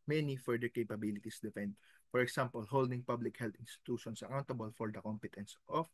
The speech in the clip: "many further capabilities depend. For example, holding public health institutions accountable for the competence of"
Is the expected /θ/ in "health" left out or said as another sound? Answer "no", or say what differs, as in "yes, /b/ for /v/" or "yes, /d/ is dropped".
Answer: yes, /t/ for /θ/